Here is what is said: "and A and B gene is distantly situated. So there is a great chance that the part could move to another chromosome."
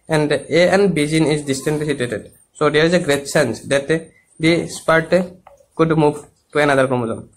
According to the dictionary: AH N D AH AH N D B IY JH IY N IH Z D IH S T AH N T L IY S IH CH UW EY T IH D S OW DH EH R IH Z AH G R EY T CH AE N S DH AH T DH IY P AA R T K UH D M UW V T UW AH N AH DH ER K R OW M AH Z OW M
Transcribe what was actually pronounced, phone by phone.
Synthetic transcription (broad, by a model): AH N D AH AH N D B IY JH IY N IH Z D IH S T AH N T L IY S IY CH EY T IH D S OW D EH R IH Z AH G R EY T S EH N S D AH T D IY P AA R T K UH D M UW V T UW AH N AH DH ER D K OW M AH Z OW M